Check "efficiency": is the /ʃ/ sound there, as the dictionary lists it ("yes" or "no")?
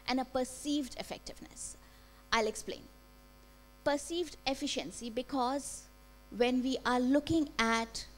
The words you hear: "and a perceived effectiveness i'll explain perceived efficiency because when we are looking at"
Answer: yes